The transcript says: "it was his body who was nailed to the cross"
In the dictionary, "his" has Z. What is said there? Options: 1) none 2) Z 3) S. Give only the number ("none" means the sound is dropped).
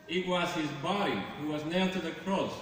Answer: 2